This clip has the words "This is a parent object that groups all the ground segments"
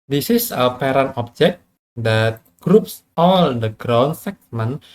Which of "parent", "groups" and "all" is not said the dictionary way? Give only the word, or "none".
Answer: parent